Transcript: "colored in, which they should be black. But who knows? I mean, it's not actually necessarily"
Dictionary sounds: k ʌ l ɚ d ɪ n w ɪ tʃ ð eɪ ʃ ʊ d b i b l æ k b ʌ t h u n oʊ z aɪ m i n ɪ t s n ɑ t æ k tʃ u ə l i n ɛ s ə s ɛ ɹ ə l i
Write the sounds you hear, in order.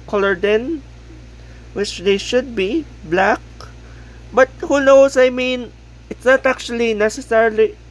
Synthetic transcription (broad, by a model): k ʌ l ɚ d ɪ n w ɪ tʃ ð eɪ ʃ ʊ d b i b l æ k b ʌ t h u n oʊ s aɪ m i n ɪ t s n ɑ t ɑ k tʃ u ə l i n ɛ s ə s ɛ ɹ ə l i